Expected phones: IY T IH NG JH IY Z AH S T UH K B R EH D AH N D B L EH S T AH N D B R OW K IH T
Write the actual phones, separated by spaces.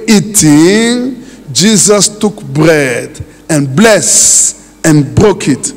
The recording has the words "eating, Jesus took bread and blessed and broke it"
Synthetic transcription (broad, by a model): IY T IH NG JH IY Z AH S T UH K B R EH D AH N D B L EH S AH N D B R OW K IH T